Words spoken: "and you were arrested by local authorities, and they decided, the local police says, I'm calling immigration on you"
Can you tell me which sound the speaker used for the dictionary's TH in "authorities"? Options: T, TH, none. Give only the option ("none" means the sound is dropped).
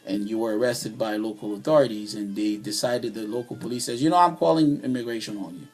TH